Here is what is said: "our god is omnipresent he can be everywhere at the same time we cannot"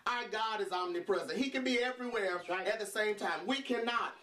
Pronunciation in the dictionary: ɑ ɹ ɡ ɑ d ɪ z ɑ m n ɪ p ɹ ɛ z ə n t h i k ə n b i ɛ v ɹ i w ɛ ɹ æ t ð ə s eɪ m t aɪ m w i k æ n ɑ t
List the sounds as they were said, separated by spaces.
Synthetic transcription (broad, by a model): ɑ ɡ ɑ d ɪ z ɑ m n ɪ p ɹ ɛ z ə n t h i k ə n b i ɛ v ɹ i w ɛ ɹ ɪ t ð ə s eɪ m t aɪ m w i k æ n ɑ t